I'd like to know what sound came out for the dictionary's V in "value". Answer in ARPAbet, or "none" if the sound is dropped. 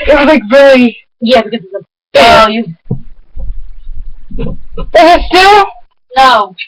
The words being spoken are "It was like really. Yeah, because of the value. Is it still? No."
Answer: B